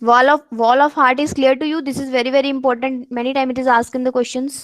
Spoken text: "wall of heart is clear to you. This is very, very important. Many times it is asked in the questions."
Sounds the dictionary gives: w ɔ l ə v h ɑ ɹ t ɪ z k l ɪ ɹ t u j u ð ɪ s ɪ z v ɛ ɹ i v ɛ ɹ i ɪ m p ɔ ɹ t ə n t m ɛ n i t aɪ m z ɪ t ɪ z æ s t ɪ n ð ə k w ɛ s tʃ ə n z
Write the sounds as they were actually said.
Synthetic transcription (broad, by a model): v ɔ l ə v h ɑ ɹ t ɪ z k l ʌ ɹ t u j u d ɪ s ɪ z v ɛ ɹ i v ɛ ɹ i ɪ m p ɔ ɹ t ə n t m ɛ n i t aɪ m ɪ t ɪ z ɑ s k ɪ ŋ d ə k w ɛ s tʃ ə n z